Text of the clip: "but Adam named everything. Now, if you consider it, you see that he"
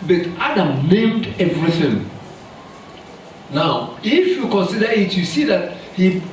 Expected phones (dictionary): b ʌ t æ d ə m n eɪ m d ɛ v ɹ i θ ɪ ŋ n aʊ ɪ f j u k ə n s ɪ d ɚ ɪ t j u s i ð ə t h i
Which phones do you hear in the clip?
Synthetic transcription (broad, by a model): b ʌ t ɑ d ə m n eɪ m d ɛ v ɹ i θ ɪ ŋ n aʊ ɪ f j u k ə n s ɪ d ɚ ɪ t j u s i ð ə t h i